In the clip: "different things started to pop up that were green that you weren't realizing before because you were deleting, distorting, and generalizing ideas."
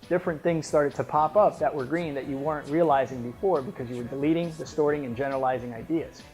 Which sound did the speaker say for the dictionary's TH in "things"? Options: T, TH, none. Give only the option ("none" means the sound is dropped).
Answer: TH